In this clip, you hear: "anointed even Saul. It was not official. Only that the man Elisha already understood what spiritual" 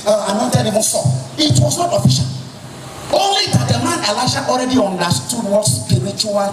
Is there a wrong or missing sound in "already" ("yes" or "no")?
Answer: no